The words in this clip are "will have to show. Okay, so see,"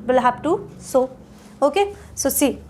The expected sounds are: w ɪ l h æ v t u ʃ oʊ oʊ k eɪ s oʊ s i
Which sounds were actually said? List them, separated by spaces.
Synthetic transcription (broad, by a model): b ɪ l h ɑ p t u s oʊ oʊ k eɪ s oʊ s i